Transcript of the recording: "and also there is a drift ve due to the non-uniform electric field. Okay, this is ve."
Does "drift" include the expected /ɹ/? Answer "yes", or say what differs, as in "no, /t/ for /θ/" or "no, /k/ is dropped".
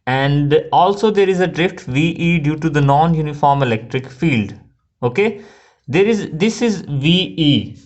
yes